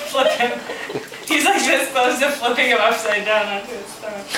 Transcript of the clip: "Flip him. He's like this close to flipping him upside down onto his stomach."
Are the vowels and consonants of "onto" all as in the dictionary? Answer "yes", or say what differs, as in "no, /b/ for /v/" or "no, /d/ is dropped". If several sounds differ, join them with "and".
no, /n/ is dropped